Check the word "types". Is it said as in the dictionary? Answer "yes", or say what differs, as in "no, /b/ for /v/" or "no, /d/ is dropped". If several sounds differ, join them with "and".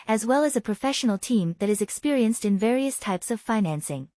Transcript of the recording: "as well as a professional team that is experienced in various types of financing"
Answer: yes